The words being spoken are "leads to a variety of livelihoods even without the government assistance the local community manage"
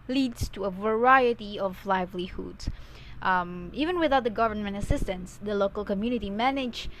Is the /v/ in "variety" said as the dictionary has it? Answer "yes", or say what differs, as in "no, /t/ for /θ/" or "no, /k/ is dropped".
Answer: yes